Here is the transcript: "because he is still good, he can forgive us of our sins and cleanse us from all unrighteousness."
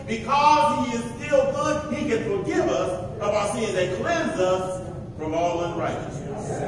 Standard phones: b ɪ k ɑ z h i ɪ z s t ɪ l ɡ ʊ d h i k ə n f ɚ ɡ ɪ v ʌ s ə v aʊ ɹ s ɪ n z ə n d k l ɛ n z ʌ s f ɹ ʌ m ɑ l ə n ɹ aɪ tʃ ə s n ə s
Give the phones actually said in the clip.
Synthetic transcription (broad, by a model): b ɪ k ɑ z h i ɪ z s t ɪ l ɡ ʊ d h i k ə n f ɚ ɡ ɪ v ʌ s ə b aʊ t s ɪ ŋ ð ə k l ɛ n z ʌ s f ɹ ʌ m ɑ l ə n ɹ aɪ tʃ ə s n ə s